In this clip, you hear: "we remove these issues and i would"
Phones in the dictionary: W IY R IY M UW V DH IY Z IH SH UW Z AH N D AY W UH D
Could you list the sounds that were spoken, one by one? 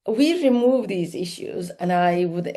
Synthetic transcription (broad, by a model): W IY R IY M UW V DH IY Z IH SH UW Z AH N AY W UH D